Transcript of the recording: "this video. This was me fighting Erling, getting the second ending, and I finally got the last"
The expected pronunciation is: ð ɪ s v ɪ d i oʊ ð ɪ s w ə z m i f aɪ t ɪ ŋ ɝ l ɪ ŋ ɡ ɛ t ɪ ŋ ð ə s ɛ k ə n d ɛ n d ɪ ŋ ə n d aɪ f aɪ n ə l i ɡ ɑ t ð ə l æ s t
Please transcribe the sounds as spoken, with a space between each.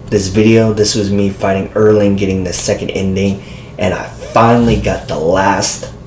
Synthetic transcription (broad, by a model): ð ɪ s v ɪ d i oʊ ð ɪ s w ə z m i f aɪ t ɪ ŋ ɝ l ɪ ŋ ɡ ɛ t ɪ ŋ ð ə s ɛ k ə n d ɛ n d ɪ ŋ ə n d aɪ f aɪ n l i ɡ ɑ t ð ə l æ s t